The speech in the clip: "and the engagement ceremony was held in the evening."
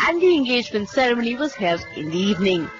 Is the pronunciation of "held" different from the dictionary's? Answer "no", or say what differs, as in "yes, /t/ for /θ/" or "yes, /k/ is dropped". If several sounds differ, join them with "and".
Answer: yes, /d/ is dropped